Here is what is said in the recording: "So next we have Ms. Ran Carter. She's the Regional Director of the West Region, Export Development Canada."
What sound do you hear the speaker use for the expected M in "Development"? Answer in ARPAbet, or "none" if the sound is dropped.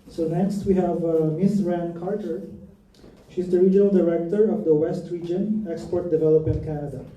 none